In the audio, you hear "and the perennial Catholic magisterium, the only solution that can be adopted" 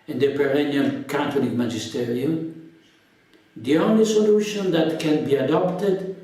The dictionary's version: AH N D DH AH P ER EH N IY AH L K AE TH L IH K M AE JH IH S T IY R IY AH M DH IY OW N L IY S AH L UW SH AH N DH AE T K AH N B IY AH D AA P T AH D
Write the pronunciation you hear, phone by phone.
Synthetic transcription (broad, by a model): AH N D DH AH P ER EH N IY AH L K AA T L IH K M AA JH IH S T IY R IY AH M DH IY OW N L IY S AH L UW SH AH N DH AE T K AH N B IY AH D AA P T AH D